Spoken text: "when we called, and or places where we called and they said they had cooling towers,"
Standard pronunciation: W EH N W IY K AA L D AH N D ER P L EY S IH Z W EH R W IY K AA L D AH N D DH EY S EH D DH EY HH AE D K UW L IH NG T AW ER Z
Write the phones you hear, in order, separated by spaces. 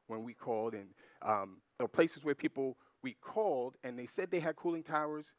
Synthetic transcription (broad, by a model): W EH N W IY K AA L D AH N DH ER P L EY S IH Z W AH R W IY K AA L D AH N DH EY S EH D DH EY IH D K UW L IH NG T AW ER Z